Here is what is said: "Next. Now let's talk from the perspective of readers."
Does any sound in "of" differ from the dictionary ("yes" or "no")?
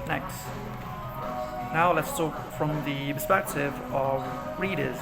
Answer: no